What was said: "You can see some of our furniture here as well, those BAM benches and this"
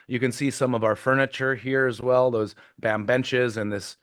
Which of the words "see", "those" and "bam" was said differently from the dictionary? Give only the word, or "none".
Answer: none